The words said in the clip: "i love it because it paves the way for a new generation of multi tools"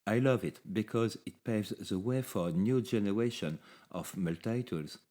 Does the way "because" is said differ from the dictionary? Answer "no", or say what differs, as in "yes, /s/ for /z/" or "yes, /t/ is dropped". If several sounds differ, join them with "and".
no